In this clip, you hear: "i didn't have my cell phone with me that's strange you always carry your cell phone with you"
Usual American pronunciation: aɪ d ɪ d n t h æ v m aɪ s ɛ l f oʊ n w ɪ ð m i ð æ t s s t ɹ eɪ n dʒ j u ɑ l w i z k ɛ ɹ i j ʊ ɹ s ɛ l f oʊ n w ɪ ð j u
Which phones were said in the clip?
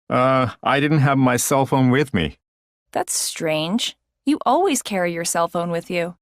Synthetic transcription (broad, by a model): aɪ d ɪ d n t h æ v m aɪ s ɛ l f oʊ n w ɪ ð m i ð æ t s s t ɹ eɪ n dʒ j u ɑ l w i z k ɛ ɹ i j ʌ ɹ s ɛ l f oʊ n w ɪ ð j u